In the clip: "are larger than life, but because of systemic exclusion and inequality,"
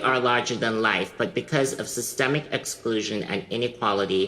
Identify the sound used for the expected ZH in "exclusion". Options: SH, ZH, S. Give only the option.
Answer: ZH